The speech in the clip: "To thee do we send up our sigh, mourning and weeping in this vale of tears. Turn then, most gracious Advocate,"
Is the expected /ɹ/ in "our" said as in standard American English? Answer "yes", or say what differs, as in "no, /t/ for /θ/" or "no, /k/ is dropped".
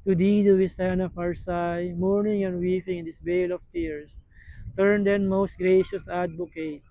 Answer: yes